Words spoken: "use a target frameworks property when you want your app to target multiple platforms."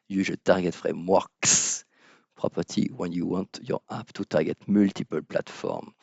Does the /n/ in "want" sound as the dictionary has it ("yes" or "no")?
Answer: yes